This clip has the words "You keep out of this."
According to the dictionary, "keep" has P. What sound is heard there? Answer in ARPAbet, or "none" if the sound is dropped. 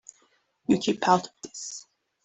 P